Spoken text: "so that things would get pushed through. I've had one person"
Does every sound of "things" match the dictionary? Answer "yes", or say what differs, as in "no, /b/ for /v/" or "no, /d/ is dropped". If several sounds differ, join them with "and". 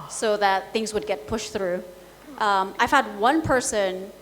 yes